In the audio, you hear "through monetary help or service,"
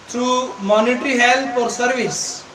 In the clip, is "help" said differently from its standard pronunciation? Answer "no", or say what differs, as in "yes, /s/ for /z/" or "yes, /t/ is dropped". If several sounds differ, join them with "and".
yes, /f/ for /p/